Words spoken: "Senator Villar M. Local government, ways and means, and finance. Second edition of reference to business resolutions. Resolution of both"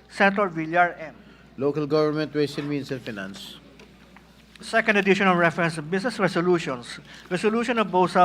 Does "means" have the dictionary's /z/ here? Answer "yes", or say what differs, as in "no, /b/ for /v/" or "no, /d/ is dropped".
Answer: no, /s/ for /z/